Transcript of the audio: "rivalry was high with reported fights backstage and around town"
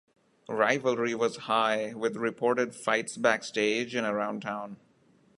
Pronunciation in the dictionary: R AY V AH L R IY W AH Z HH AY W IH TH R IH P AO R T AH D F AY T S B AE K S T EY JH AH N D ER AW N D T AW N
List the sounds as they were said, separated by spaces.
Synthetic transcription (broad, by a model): R AY V AH L R IY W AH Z HH AY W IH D R IH P AO R T AH D F AY T S B AE K S T EY JH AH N ER AW N D T AW N